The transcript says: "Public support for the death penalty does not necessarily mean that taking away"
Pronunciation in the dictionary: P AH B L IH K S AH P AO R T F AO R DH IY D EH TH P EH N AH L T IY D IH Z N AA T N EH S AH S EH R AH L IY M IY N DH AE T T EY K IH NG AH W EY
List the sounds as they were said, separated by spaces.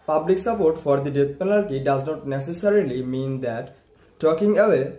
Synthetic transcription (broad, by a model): P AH B L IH K S AH P AO R T F AO R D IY D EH T P EH N AH L T IY D IH Z N AA T N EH S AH S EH R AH L IY M IY N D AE T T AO K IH NG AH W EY